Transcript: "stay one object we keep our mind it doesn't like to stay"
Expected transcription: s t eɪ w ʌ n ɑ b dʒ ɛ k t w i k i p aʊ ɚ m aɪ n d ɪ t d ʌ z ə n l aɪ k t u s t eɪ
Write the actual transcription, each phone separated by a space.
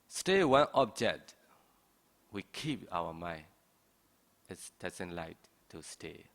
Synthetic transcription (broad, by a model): s t eɪ w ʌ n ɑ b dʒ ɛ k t w i k i p aʊ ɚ m aɪ n ɪ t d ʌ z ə n l aɪ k t u s t eɪ